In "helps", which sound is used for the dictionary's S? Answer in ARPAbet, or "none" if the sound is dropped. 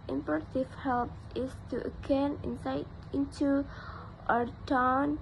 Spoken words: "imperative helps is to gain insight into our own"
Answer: none